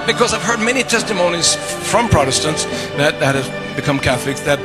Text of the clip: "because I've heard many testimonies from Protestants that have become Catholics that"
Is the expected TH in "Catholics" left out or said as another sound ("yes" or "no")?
no